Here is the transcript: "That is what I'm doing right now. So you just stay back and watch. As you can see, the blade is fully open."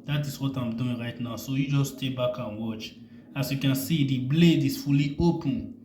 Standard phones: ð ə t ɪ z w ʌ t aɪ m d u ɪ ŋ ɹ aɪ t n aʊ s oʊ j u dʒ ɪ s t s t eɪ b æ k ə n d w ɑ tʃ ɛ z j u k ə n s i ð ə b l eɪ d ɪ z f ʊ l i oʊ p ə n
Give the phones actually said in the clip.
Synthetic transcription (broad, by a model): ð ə t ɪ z w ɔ t aɪ m d u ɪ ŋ ɹ aɪ t n aʊ s oʊ j u dʒ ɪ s s t eɪ b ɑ k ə n w ɑ tʃ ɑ s j u k ə n s i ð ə b l eɪ d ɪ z f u l i oʊ p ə n